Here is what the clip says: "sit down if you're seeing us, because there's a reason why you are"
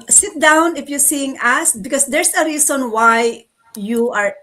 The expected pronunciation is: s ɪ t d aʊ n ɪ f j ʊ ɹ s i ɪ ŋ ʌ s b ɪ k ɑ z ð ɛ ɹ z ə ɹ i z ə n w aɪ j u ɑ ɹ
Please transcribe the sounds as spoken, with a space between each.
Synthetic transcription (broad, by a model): s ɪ t d aʊ n ɪ f j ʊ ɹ s i ɪ ŋ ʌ s b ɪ k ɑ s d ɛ ɹ s ə ɹ i s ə n w aɪ j u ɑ ɹ